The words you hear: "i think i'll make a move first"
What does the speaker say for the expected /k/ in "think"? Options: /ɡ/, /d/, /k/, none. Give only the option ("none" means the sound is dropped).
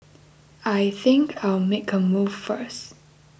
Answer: /k/